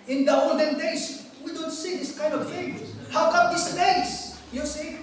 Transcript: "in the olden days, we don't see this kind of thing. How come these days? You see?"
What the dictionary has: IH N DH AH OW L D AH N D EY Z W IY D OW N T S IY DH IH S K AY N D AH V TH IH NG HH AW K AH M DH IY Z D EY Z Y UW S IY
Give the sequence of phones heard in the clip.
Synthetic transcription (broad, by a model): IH N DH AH OW L D AH N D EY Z W IY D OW N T S IY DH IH S K AY N D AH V F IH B HH AW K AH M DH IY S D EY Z Y UW S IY